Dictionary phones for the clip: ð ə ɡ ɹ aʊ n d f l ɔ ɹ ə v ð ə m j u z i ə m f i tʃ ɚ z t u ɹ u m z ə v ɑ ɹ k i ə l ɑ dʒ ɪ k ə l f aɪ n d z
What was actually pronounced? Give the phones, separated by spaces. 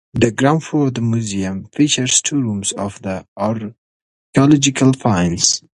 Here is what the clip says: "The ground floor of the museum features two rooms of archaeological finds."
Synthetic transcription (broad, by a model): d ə ɡ ɹ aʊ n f ɔ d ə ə m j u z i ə m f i tʃ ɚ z t u ɹ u m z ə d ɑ ɹ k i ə l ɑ dʒ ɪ k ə l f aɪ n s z